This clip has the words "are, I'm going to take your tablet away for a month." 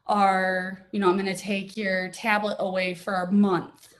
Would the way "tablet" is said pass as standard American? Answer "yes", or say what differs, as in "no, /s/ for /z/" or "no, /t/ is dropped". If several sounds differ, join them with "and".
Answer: yes